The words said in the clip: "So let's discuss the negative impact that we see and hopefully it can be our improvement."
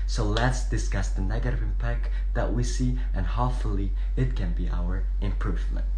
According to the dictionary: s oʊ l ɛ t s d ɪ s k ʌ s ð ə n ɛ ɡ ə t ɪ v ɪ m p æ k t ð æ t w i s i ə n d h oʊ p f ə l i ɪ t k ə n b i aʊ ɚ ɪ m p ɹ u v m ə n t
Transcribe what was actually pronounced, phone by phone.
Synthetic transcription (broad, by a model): s oʊ l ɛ t s d ɪ s k ʌ s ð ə n ɛ ɡ ə t ɪ v ɪ m p æ k t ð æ t w i s i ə n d h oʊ f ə l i ɪ t k ə n b i aʊ ɚ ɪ m p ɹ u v m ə n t